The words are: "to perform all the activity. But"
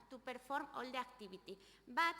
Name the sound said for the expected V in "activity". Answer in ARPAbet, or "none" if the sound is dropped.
B